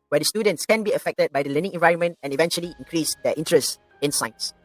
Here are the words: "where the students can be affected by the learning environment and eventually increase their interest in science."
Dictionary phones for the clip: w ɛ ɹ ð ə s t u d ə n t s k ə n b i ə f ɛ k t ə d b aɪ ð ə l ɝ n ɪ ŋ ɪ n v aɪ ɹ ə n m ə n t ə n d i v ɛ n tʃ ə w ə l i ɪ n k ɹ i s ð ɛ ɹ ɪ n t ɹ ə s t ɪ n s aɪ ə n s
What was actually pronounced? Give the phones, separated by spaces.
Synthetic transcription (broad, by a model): w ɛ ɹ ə s t u d ə n t s k ə n b i ə f ɛ k t ə d b aɪ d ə l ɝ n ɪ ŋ ɪ n v aɪ ɹ ə n m ə n t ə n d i v ɛ n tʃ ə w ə l i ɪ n k ɹ i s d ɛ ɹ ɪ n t ɹ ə s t ɪ n s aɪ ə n s